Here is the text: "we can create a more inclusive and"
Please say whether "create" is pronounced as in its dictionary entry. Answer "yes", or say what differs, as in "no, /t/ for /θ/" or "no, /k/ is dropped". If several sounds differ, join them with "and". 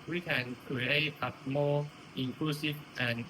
no, /ɹ/ is dropped